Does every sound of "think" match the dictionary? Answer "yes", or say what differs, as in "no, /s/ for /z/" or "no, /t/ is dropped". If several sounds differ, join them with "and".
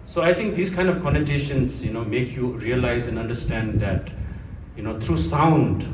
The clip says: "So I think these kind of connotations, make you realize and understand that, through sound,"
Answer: no, /t/ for /θ/